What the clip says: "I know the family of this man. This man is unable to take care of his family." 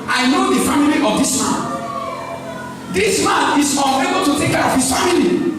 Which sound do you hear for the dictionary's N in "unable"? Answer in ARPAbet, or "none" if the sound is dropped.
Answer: none